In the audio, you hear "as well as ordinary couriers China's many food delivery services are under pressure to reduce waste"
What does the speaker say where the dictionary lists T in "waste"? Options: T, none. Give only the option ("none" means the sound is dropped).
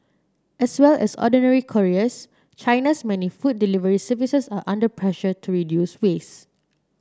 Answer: none